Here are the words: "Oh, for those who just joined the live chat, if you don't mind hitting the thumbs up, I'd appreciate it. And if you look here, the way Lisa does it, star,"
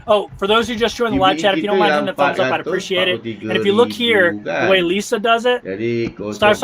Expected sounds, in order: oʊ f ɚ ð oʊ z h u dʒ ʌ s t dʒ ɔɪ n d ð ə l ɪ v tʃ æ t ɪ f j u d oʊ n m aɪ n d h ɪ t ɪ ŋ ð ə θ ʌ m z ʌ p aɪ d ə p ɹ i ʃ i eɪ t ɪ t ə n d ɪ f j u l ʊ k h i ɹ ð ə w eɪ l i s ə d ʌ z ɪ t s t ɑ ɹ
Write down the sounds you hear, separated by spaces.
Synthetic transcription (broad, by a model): oʊ f ɚ ð oʊ z h u dʒ ʌ s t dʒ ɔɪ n ð ə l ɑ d tʃ æ t ɪ f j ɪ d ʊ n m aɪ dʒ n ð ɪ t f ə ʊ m z ʌ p aɪ ə p ɹ i ʃ i eɪ t ɪ t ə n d ɪ f j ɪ l ʊ k h i ɹ ð ə w eɪ l i s ə d ʌ z ɪ t s t ɑ ɹ